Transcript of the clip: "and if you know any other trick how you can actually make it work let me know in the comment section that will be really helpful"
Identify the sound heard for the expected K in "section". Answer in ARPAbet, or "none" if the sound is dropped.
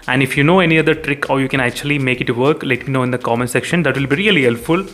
K